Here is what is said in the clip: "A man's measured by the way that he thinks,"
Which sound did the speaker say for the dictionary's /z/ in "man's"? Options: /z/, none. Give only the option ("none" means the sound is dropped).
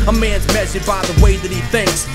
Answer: /z/